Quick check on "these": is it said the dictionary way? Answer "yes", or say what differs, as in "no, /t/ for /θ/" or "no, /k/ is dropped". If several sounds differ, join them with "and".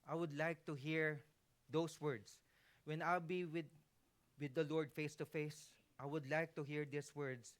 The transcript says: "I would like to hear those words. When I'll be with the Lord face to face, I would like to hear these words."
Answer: no, /s/ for /z/